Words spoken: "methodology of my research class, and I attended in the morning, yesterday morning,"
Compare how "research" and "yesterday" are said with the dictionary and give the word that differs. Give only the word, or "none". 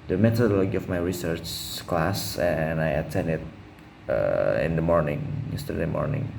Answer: none